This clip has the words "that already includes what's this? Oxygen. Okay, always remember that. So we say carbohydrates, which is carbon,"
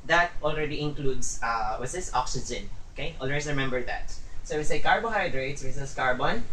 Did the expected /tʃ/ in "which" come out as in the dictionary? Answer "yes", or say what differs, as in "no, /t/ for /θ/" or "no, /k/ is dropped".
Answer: no, /s/ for /tʃ/